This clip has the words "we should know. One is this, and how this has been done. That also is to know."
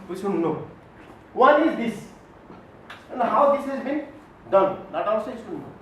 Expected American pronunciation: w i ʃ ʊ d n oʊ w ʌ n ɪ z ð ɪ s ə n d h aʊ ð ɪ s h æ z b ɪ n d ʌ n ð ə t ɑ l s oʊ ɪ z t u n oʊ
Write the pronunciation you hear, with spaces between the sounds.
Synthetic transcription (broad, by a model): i s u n n oʊ w ʌ n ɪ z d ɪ s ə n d h aʊ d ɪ s h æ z b ɪ n d ʌ n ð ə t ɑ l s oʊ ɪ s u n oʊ